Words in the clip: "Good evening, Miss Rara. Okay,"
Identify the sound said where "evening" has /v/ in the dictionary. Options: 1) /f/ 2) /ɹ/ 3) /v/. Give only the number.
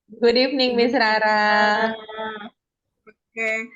1